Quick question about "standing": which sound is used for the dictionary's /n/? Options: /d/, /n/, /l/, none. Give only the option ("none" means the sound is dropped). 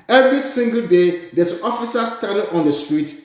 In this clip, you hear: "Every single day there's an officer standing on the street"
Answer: none